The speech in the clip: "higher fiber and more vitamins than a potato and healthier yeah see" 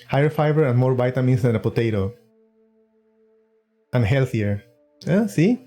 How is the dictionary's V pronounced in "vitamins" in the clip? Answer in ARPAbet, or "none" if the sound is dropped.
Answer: B